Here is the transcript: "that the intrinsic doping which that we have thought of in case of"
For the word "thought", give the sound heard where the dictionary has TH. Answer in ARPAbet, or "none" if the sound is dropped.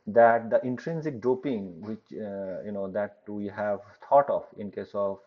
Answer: T